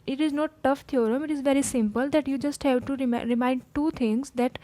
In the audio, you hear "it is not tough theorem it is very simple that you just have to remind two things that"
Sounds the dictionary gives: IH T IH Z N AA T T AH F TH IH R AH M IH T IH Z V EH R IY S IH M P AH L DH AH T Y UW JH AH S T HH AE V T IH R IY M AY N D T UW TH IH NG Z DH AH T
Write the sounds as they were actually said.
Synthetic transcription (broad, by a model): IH T IH Z N AA T T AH F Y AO R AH M IH T IH Z V EH R IY S IH M P AH L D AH T Y UW JH AH S T HH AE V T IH R IY M AY N D T UW T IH NG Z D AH T